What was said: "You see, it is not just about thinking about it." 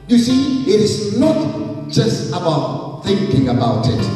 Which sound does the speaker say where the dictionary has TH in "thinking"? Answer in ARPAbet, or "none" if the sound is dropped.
TH